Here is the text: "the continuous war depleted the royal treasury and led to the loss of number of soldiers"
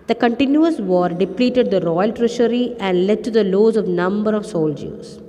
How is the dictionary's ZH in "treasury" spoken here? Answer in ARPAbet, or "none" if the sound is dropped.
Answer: SH